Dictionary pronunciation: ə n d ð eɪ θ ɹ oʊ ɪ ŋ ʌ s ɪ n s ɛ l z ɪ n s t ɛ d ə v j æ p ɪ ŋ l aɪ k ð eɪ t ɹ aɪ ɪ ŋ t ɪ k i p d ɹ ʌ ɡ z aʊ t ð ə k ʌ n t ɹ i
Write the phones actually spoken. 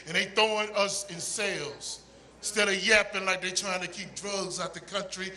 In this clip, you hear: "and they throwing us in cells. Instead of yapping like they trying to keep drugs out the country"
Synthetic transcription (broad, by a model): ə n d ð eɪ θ oʊ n ʌ s ɪ n s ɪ l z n s t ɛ d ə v j æ p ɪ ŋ l aɪ k ð eɪ t ɹ aɪ ɪ ŋ t ɪ k i p d ɹ ʌ ɡ z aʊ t ð ə k ʌ n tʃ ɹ i